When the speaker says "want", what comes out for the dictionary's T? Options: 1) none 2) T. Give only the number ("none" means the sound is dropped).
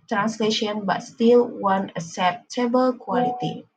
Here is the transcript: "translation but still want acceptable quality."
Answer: 1